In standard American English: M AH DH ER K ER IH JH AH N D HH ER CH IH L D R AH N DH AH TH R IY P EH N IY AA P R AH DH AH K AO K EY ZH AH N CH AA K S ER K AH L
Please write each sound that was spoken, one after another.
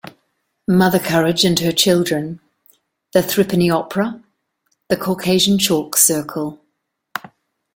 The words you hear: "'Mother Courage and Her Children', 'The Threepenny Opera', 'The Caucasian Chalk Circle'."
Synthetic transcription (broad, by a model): M AH DH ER K ER IH JH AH N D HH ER CH IH L D R AH N DH AH TH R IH P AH N IY AA P R AH DH AH K AO K EY ZH AH N CH AA K S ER K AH L